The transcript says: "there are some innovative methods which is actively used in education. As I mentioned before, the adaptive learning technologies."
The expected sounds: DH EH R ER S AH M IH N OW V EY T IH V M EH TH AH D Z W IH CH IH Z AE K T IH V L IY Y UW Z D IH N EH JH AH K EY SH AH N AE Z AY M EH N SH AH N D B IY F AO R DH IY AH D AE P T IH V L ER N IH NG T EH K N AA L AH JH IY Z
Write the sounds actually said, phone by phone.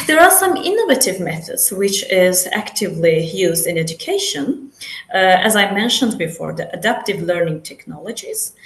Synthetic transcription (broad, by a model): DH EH R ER S AH M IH N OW V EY T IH V M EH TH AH D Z W IH CH IH Z AE K T IH V L IY Y UW Z D IH N EH JH AH K EY SH AH N AE Z AY M EH N SH AH N D B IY F AO R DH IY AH D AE P T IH V L ER N IH NG T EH K N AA L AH JH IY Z